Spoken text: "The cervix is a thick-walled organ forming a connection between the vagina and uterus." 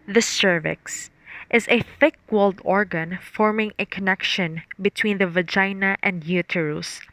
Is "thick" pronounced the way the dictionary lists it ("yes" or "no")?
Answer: yes